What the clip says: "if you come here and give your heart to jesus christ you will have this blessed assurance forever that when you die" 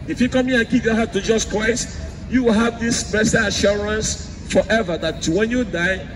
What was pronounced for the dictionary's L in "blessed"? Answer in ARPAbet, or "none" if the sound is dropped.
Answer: none